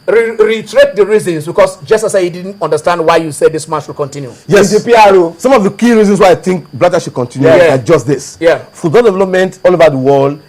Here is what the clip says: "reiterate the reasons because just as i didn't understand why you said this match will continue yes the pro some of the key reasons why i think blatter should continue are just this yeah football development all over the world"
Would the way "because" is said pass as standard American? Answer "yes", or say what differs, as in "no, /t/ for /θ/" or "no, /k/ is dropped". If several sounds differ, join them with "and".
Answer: no, /s/ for /z/